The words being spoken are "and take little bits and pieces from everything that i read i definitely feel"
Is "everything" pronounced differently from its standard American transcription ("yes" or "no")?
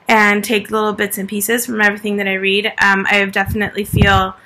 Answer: no